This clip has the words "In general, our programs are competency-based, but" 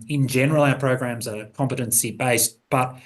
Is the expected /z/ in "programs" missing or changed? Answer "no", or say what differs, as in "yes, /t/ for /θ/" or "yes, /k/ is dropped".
no